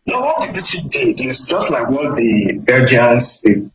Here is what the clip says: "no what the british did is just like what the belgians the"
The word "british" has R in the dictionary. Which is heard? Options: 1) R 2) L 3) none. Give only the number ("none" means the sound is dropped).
3